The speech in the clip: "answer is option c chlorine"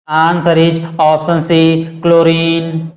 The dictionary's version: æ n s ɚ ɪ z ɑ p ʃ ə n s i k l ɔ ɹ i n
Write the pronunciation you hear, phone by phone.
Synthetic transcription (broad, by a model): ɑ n s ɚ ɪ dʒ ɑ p s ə n s i k l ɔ ɹ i n